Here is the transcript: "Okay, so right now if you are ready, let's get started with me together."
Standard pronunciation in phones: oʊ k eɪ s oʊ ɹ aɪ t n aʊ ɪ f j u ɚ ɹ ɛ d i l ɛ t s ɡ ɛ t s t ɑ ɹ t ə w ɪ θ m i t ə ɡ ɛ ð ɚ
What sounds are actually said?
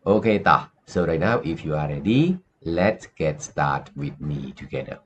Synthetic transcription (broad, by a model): oʊ k eɪ s oʊ ɹ aɪ t n aʊ ɪ f j u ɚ ɹ ɛ d i l ɛ t s ɡ ɛ t s t ɑ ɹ t w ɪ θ m i t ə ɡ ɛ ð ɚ